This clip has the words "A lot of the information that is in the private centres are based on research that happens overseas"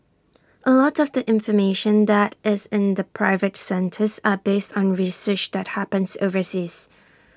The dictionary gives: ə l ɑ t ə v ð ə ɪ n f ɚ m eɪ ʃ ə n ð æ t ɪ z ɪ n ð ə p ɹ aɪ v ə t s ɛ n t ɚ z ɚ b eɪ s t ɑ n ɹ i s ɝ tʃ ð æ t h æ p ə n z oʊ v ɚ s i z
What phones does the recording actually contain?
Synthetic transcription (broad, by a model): ə l ɑ t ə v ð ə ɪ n f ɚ m eɪ ʃ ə n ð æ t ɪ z ɪ n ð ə p ɹ aɪ v ə t s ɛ n t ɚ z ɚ b eɪ s t ɑ n ɹ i s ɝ tʃ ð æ t h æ p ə n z oʊ v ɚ s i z